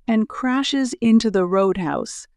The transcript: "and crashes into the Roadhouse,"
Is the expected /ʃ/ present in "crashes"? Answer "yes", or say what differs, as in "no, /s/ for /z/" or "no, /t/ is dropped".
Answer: yes